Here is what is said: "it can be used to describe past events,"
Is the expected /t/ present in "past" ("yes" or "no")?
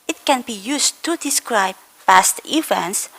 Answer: yes